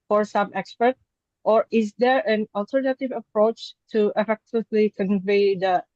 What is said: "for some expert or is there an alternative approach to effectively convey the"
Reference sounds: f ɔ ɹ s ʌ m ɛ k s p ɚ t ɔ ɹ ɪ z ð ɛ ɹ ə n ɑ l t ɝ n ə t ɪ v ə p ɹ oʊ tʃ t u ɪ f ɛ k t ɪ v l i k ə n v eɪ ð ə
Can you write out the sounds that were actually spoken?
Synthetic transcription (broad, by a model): f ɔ ɹ s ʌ m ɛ k s p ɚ t ɔ ɹ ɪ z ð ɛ ɹ ə n ɑ l t ɝ n ə t ɪ v ə p ɹ oʊ tʃ t u ɪ f ɛ k t ɪ v l i k ə n v eɪ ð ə